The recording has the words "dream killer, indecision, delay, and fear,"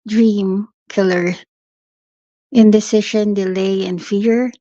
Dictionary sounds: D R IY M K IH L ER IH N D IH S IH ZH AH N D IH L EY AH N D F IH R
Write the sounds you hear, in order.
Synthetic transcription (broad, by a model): D R IY M K IH L ER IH N D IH S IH SH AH N D IH L EY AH N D F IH R